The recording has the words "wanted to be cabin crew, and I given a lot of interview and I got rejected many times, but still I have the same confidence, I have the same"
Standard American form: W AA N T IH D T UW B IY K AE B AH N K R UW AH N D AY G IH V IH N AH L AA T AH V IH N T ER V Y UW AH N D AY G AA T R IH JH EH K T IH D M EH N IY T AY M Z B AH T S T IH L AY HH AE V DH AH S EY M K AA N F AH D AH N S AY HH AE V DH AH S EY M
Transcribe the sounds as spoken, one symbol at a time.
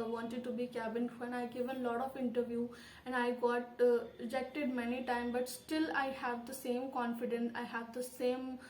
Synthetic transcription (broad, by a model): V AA N T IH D T UW B IY K AE B AH N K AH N AY G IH V AH L AA T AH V IH N T ER V Y UW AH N AY G AA T R IH JH EH K T IH D M EH N IY T AY M B AH T S T IH L AY HH AE V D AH S EY M K AA N F AH D AH N S AY HH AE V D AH S EY M